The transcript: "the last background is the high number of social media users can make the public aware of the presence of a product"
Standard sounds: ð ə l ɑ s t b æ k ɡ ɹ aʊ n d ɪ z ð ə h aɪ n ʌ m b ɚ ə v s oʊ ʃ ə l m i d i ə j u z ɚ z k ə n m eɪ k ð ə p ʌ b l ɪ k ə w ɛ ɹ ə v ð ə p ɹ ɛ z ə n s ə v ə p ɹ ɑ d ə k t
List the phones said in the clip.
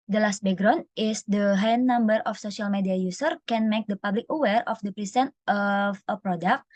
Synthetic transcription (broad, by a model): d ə l ɑ s t b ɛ ɡ ɹ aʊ n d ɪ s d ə h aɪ n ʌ m b ɚ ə f s oʊ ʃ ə l m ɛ d i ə j u s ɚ k ə n m eɪ k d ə p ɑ b l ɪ k ə w ɛ ɹ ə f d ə p ɹ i s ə n ə f ə p ɹ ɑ d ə k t